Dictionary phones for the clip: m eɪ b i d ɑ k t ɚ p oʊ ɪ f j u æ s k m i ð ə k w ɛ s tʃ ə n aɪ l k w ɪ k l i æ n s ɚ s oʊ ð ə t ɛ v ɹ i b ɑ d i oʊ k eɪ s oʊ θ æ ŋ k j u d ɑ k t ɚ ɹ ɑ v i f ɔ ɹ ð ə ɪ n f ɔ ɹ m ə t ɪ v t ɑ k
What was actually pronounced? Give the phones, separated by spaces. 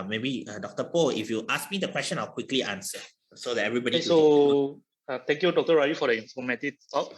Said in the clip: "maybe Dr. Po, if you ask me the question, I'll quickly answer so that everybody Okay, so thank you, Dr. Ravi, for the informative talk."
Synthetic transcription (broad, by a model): m eɪ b i d ɑ k t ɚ p oʊ ɪ f j u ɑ s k m i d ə k w ɛ s tʃ ə n aɪ l k w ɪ k l i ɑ n s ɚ s oʊ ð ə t ɛ v ɹ i b ɑ d i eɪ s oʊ t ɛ ŋ k j u d ɑ k t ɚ ɹ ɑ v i f ɔ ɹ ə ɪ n f ɔ m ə t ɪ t ɑ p